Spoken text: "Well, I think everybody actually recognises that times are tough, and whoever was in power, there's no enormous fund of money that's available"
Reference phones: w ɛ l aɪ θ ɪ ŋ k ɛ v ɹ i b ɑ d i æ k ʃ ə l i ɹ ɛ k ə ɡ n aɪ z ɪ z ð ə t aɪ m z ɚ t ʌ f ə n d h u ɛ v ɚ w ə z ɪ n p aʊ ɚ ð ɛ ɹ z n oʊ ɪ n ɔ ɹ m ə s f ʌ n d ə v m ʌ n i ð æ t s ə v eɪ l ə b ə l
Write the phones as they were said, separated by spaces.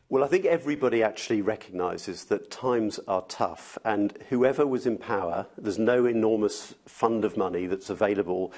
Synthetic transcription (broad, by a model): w ɛ l aɪ θ ɪ ŋ k ɛ v ɹ i b ɑ d i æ k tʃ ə l i ɹ ɛ k ə ɡ n aɪ z ɪ z ð ə t aɪ m z ɚ t ʌ f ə n h u ɛ v ɚ w ə z ɪ n p aʊ ɚ ð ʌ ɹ z n oʊ ɪ n ɔ ɹ m ə s f ʌ n d ə v m ʌ n i ð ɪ t s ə v eɪ l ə b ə l